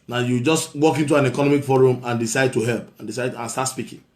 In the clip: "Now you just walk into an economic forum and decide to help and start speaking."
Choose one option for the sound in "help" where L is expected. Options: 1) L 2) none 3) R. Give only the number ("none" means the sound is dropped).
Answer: 1